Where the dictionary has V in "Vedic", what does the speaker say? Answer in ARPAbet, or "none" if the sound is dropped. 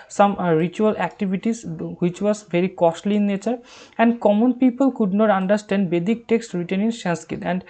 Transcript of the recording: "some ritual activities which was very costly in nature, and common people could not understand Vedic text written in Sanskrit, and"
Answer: B